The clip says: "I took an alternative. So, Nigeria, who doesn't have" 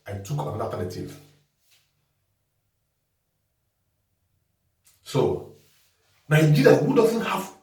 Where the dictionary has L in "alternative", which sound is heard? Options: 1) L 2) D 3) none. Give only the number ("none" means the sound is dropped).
3